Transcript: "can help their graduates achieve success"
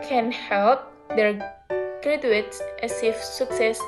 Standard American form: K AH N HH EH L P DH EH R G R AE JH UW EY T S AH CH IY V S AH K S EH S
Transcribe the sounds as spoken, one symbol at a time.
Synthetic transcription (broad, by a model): K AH N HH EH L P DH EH R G R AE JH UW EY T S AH S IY F S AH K S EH S